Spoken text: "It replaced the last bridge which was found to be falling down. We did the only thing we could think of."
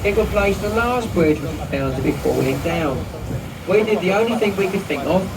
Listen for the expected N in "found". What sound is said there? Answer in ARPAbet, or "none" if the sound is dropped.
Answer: L